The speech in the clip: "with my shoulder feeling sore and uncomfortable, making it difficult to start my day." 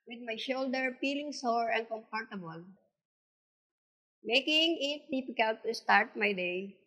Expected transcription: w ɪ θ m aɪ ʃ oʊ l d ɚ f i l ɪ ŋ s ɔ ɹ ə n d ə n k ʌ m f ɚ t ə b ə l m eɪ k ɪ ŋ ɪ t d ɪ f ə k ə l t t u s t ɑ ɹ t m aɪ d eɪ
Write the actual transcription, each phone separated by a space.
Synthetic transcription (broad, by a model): w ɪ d m aɪ ʃ oʊ l d ɚ p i l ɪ ŋ s ɔ ɹ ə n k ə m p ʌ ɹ t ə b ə l m eɪ k ɪ ŋ ɪ t d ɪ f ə k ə l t t u s t ɑ ɹ t m aɪ d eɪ